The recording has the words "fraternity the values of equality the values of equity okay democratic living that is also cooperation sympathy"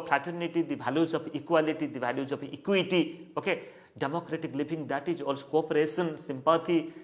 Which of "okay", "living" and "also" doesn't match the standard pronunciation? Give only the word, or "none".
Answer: living